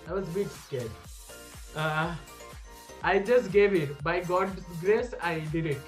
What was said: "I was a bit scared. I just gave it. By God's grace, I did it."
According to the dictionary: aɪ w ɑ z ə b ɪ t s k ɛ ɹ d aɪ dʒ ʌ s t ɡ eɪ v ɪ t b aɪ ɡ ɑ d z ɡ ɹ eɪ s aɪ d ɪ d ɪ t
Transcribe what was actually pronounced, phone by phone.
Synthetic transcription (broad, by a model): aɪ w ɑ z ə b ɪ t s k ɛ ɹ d aɪ dʒ ʌ s t ɡ eɪ v ɪ t b aɪ ɡ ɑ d ɡ ɹ eɪ s aɪ d ɪ d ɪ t